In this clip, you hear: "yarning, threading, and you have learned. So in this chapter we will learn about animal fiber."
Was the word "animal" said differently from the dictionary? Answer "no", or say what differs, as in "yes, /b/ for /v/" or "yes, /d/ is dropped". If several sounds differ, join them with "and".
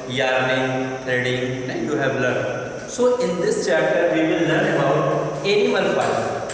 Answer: yes, /n/ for /l/